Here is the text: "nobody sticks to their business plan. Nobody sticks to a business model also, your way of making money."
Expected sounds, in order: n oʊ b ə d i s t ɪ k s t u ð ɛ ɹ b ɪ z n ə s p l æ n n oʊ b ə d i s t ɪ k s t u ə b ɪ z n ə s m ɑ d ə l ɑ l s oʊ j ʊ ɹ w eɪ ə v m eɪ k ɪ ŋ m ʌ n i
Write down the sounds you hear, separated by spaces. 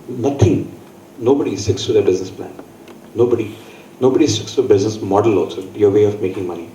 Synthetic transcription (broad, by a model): n oʊ b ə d i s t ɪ k s t u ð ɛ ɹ b ɪ z n ə s p l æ n n oʊ b ə d i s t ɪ k s t u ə b ɪ z n ə s m ɑ d ə l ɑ s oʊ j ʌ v eɪ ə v m eɪ k ɪ ŋ m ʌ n i